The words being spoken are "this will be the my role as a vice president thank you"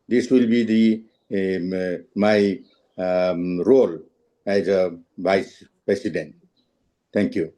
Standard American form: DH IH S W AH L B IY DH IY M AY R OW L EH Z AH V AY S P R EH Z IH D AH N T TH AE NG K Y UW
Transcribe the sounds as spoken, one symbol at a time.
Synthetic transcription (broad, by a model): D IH S W AH L B IY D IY M AY R OW L EH Z AH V AY S P R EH S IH D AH N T T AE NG K Y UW